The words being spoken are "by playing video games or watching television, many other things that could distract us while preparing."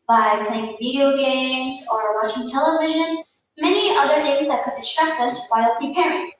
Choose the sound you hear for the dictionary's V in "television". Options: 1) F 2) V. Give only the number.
2